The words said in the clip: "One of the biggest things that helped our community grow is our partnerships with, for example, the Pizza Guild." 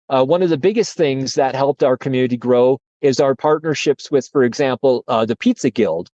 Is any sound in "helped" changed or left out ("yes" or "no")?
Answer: no